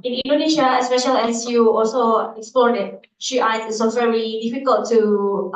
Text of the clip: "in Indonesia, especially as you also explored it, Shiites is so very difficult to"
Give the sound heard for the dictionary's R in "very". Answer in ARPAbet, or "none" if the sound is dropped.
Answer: L